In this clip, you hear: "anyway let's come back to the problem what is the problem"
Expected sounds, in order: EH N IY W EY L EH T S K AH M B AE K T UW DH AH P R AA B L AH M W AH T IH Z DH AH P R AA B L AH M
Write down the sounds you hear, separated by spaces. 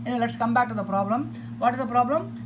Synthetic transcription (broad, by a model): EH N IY L EH T S K AH M B AE K T UW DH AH P R AA B L AH M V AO T IH Z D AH P R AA B L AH M